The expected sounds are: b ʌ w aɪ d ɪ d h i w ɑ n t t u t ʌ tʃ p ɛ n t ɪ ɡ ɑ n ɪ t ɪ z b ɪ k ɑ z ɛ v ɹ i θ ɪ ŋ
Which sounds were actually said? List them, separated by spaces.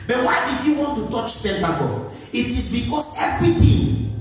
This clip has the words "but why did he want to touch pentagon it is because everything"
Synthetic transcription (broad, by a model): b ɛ w aɪ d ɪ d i w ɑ n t t u t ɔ tʃ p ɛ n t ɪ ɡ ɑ l ɪ t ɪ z b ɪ k ɑ s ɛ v ɹ i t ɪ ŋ